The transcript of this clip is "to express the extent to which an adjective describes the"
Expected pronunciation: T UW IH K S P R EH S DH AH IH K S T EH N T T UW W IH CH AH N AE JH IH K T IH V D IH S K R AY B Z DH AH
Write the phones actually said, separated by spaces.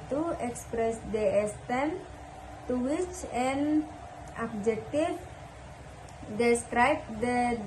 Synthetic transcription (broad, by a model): T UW IH K S P R EH S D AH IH S T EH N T T UW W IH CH AH N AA JH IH K T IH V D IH S K R AY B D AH